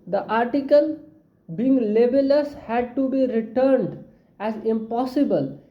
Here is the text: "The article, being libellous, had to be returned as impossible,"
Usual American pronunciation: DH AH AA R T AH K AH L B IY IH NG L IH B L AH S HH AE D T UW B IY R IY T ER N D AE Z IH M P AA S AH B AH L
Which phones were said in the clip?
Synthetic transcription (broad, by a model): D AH AA R T AH K AH L B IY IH NG L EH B L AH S HH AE D T UW B IY R IY T ER N D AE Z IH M P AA S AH B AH L